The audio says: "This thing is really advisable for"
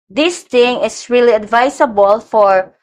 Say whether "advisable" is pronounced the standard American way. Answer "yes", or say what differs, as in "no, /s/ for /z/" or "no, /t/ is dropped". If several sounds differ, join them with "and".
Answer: no, /s/ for /z/